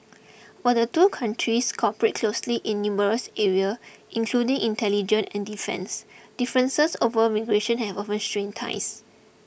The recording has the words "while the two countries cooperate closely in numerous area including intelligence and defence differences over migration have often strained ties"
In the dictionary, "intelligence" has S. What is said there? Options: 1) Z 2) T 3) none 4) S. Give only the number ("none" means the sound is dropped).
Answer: 3